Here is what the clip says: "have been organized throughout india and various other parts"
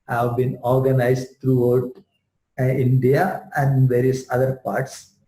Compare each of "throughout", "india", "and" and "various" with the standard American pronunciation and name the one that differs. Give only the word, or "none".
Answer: throughout